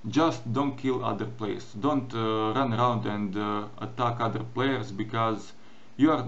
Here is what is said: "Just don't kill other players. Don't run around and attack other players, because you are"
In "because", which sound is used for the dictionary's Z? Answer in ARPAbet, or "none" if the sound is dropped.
Z